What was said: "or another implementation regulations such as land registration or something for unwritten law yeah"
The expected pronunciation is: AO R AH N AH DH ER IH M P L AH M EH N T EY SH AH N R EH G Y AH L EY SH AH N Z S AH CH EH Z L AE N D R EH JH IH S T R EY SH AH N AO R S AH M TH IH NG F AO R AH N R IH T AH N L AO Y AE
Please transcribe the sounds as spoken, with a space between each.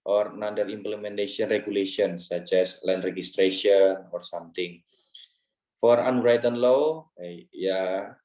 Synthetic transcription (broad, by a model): AO R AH N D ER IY M P L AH M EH N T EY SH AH N R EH G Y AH L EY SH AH N S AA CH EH S L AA N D R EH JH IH S T R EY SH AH N AO R S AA M T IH NG F AO R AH N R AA T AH N L AO Y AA